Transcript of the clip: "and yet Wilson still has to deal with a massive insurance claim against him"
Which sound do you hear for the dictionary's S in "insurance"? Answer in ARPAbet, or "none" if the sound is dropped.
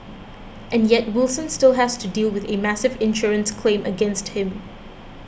S